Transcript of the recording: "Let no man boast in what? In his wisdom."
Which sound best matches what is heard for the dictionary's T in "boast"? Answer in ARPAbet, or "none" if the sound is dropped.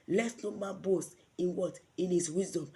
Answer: none